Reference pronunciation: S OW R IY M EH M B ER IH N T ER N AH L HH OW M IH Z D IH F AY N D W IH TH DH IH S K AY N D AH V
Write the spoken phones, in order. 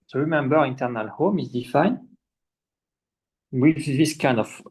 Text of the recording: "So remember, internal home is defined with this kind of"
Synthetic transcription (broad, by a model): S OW R IY M EH M B ER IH N T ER N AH L HH OW M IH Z D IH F AY N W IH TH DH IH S K AY N D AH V